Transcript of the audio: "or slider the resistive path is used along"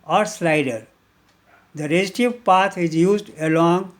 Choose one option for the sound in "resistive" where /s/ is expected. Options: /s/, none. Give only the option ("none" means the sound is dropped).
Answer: none